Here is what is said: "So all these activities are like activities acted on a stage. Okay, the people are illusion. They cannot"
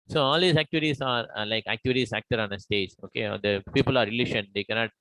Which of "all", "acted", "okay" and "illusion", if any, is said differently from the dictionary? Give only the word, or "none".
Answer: illusion